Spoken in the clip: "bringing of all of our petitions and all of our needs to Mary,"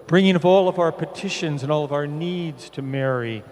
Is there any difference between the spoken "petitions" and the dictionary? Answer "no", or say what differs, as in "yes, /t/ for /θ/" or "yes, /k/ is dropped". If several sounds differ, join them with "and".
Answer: no